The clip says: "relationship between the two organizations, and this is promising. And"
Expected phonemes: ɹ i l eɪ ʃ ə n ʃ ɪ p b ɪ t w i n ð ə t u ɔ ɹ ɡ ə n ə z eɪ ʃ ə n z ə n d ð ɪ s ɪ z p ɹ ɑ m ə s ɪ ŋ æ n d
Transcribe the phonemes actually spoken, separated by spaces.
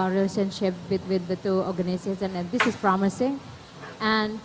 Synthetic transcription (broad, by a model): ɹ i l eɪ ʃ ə n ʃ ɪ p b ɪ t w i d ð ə t u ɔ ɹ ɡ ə n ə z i ə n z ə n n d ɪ s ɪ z p ɹ ɑ m ə s ɪ ŋ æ n d